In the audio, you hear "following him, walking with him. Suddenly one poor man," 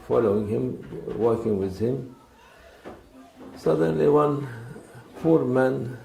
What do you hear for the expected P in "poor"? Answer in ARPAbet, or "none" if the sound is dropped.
F